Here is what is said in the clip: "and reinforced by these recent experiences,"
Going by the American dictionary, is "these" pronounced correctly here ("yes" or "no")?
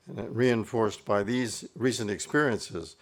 yes